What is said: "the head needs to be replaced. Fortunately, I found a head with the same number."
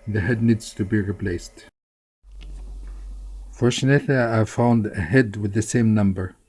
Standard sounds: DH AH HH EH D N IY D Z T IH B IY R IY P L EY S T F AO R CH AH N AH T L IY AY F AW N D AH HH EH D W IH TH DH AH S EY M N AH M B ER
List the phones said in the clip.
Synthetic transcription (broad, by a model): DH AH HH EH D N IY D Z T IH B IY R IY P L EY S T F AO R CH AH N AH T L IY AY F AW N D AH HH EH D W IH DH AH S EY M N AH M B ER